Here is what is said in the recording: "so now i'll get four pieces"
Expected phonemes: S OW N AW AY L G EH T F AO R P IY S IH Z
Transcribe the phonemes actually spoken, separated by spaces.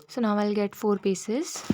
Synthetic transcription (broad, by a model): S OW N AW AY L G EH T F AO R P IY S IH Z